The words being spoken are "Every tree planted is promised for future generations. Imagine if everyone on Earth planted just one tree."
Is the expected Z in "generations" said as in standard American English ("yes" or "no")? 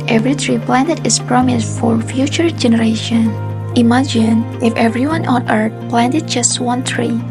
no